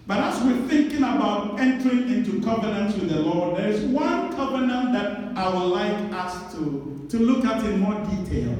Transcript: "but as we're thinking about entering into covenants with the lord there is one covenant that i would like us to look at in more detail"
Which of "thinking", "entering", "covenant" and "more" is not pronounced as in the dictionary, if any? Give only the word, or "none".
none